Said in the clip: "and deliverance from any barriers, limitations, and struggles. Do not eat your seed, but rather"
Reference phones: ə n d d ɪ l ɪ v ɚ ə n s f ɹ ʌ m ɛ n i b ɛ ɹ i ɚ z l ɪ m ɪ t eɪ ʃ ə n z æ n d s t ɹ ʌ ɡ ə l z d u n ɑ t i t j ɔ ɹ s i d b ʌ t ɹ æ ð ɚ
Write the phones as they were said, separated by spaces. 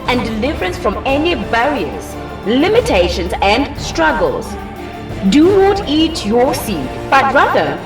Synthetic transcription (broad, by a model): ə n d d ɪ l ɪ v ɚ ə n s f ɹ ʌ m ɛ n i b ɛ ɹ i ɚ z l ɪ m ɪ t eɪ ʃ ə n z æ n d s t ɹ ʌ ɡ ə l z d u n ɑ t i t j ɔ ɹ s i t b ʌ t ɹ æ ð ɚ